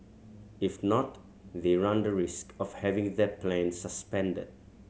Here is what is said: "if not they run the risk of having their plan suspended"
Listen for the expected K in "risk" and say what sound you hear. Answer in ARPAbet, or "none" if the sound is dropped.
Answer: K